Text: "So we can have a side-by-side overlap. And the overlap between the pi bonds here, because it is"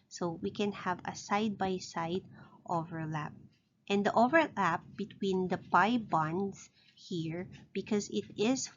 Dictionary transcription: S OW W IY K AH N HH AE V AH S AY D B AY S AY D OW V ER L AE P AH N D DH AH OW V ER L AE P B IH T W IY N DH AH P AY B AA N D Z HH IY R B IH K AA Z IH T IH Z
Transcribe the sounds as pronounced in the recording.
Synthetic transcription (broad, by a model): S OW W IY K AH N HH AE V AH S AY D B AY S AY D OW V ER L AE P AH N D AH OW V ER L AE P B IH T W IY N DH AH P AY B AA N D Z HH IY R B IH K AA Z IH T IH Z